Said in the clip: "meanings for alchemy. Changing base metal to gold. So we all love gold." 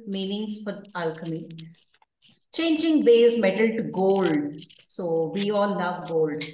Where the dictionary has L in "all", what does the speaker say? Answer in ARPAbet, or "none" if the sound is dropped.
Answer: N